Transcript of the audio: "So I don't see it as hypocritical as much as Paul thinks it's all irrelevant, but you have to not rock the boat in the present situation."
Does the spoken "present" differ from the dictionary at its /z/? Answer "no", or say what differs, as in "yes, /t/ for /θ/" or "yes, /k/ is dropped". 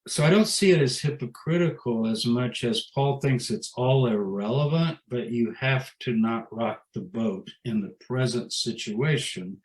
no